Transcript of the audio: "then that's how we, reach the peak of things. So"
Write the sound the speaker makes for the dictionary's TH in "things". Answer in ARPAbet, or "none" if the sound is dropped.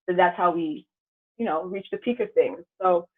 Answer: TH